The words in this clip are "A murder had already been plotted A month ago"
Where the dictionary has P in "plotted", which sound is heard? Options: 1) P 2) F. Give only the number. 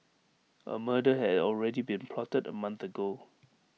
1